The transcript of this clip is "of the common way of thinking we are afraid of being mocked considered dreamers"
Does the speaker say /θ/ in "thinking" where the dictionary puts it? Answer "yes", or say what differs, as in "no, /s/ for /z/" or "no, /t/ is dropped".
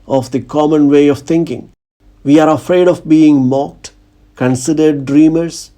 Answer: no, /t/ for /θ/